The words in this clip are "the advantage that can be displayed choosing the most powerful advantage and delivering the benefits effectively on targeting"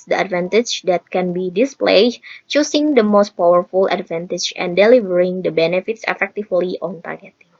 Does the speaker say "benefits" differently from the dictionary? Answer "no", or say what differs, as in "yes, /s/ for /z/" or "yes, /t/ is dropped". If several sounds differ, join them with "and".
no